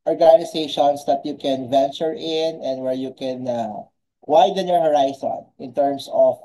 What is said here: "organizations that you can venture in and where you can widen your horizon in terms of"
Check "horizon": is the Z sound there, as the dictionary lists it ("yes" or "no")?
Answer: no